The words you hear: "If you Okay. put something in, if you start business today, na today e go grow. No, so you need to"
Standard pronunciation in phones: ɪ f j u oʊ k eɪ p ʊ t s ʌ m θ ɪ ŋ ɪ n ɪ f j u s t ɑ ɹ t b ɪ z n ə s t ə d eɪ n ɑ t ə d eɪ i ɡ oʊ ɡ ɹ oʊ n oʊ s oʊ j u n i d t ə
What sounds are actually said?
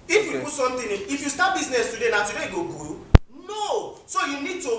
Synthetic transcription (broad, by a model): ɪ f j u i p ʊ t s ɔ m t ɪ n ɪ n ɪ f j u s t ɑ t b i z n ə s t ə d eɪ n ɑ t ə d eɪ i ɡ oʊ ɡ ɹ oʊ n oʊ s oʊ j u n i d t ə